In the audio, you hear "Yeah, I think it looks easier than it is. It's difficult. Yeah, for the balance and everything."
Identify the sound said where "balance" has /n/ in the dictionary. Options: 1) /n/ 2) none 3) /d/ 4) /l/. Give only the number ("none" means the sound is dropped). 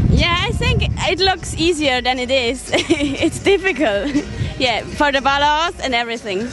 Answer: 2